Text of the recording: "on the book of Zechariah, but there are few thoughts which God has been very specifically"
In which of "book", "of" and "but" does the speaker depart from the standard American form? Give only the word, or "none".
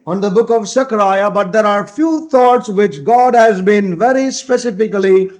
none